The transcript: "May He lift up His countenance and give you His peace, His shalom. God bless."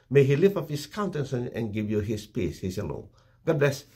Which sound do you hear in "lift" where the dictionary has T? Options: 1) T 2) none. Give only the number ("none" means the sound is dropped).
2